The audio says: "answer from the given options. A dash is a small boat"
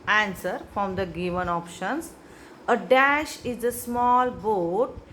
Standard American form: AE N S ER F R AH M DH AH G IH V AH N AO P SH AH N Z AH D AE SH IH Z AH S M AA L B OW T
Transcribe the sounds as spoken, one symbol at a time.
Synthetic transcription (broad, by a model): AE N S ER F R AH M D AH G IH V AH N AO P SH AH N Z AH D AE SH IH Z AH S M AA L B OW T